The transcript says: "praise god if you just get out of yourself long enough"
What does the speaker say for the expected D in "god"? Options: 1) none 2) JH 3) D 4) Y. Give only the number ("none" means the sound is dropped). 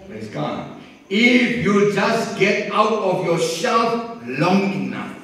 1